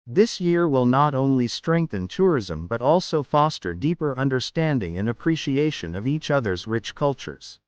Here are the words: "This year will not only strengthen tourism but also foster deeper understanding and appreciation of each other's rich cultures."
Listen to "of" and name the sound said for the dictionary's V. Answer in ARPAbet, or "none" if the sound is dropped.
V